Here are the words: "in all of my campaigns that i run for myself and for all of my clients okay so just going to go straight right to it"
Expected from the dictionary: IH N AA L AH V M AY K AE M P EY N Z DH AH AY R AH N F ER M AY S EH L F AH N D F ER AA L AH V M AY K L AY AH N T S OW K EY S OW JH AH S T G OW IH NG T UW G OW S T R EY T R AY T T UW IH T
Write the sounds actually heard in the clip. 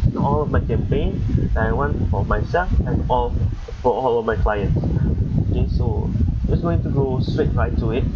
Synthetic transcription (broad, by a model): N AA L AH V M AY K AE M P EY N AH AY W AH N F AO M AY S EH L F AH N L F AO AA L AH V M AY K L AY AH N T S OW K EY S OW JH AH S G OW IH NG T UW G OW S T R EY T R AY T T UW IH T